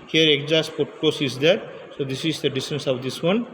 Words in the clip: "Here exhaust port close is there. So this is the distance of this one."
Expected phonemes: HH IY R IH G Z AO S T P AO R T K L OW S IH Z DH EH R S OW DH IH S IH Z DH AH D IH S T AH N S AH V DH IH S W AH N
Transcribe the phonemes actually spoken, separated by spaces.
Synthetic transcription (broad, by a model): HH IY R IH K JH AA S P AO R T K OW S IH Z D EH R S OW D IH S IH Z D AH D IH S T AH N S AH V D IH S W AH N